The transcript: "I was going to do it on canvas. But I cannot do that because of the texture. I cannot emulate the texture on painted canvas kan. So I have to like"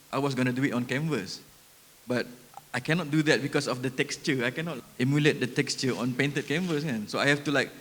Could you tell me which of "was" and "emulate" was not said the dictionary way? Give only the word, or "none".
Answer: was